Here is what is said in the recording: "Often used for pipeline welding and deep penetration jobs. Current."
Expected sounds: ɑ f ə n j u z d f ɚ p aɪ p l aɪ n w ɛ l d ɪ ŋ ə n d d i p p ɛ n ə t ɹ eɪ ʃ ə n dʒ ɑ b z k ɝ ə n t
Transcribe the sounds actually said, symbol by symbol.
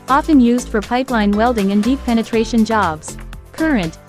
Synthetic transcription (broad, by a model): ɑ f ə n j u z d f ɚ p aɪ p l aɪ n w ɛ l d ɪ ŋ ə n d d i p p ɛ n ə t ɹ eɪ ʃ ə n dʒ ɑ b z k ɝ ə n t